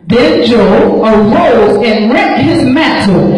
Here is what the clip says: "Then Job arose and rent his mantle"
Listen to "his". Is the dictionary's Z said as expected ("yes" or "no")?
yes